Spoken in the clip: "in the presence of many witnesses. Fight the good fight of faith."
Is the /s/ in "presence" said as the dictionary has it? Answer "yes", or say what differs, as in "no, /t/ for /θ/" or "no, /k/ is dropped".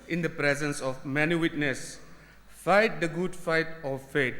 yes